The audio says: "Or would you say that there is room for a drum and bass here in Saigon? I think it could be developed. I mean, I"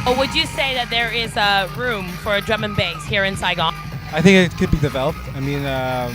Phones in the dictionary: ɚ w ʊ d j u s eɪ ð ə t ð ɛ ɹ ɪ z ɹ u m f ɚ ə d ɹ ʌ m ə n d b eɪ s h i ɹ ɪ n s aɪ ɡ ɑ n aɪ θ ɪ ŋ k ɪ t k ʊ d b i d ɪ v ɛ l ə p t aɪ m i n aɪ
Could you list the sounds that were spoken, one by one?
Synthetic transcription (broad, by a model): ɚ w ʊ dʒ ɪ s eɪ ð ə t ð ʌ ɹ ɪ z ɹ u m f ɚ ə d ɹ ʌ m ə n b eɪ s h i ɹ ɪ n s aɪ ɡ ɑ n aɪ θ ɪ ŋ k ɪ t k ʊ d b i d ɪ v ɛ l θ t aɪ m i n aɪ